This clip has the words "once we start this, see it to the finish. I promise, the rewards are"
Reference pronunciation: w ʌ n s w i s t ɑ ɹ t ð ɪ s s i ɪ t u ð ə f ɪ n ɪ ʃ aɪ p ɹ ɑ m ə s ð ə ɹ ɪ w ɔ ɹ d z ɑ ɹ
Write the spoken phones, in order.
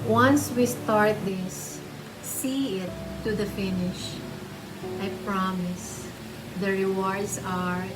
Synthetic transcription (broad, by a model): w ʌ n s w i s t ɑ ɹ t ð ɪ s s i ɪ t u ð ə f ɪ n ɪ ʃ aɪ p ɹ ɑ m ə s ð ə ɹ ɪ w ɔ ɹ d s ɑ ɹ